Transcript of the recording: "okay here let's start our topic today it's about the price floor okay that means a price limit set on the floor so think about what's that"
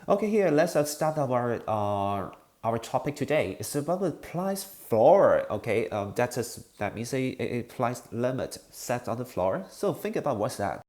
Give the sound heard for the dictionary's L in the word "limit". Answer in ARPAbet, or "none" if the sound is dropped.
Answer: L